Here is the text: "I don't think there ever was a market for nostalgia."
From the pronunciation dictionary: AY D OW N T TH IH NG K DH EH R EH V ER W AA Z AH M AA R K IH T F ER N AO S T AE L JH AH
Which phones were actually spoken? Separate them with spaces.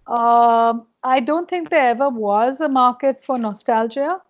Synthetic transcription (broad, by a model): AY D OW N T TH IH NG K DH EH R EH V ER W AA Z AH M AA R K IH T F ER N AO S T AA L JH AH